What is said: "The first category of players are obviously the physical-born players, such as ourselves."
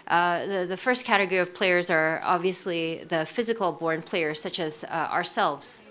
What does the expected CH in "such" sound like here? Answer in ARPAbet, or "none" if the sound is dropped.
CH